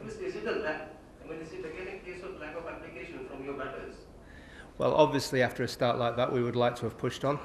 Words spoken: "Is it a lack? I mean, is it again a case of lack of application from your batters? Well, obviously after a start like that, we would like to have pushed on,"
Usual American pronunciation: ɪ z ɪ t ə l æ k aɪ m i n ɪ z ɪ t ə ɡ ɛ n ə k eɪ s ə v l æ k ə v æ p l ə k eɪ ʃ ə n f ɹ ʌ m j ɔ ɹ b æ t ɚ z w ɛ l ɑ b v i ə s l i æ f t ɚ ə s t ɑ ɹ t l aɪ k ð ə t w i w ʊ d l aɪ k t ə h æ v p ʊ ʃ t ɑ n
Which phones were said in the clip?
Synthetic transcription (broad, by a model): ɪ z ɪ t ə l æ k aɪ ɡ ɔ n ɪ s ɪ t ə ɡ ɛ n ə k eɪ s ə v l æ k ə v æ p l ə k eɪ ʃ ə n f ɹ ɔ m j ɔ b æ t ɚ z w ɛ l ɑ b v i ə s l i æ f t ɚ ə s t ɑ ɹ t l aɪ k ð ə t w i w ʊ d l aɪ k t ə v p ʊ ʃ t n